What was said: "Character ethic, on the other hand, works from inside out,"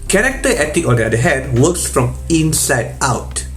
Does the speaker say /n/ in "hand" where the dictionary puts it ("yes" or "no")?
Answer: no